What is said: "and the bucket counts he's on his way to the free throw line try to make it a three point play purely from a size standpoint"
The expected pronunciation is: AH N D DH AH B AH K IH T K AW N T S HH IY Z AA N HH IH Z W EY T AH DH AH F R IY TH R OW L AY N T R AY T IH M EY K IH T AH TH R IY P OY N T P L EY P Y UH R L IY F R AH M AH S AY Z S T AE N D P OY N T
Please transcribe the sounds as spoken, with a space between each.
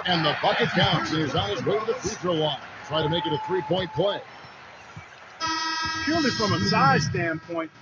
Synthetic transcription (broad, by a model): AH N DH AH B AH K IH T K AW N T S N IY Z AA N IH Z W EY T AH DH AH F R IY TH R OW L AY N T R AY T IH M EY K IH T AH TH R IY P OY N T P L EY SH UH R L IY F R AH M AH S AY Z S T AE N P OY N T